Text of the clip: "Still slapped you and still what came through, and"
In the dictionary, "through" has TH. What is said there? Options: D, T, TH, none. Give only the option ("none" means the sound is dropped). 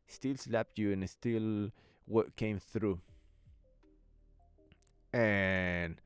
TH